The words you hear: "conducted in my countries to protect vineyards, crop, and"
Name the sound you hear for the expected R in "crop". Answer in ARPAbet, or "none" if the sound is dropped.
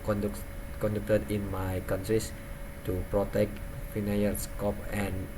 none